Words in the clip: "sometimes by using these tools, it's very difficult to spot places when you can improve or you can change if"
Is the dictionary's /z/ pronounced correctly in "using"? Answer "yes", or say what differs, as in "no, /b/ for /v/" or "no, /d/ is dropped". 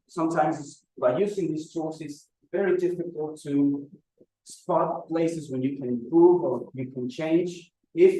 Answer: yes